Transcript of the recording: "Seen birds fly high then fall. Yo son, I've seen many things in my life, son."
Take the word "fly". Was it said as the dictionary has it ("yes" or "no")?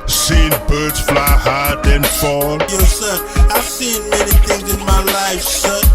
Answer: yes